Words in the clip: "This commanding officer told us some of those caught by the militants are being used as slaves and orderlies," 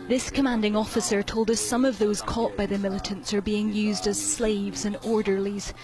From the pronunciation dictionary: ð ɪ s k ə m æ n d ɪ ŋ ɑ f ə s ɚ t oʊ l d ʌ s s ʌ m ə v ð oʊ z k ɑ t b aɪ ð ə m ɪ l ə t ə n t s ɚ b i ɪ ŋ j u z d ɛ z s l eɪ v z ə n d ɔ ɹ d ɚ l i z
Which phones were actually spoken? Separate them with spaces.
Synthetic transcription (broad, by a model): ð ɪ s k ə m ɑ n d ɪ ŋ ɑ f ə s ɚ t oʊ l d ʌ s s ʌ m ə v ð oʊ z k ɑ t b aɪ ð ə m ɪ l ə t ə n t s ɚ b i ɪ ŋ j u z d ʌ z s l eɪ v z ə n ɔ ɹ d ɚ l i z